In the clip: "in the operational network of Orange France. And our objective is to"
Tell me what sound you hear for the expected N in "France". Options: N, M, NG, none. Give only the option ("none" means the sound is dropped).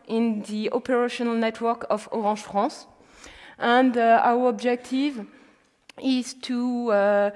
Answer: none